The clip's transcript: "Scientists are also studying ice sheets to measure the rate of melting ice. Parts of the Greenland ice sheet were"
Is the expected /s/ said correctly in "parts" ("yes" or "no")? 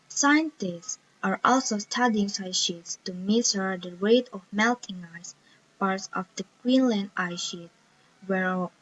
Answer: yes